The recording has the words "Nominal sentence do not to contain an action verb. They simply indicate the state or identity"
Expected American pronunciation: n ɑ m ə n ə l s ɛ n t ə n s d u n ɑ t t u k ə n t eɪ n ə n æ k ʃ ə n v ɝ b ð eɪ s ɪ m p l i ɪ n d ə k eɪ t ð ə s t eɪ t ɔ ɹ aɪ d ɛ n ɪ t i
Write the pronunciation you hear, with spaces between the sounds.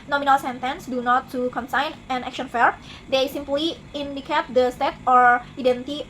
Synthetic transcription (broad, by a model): n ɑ m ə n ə l s ɛ n t ə n s d u n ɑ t t u k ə n s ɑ n ə n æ k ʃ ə n f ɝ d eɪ s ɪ m p l i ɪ n d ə k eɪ t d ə s t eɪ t ɔ ɹ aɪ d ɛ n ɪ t i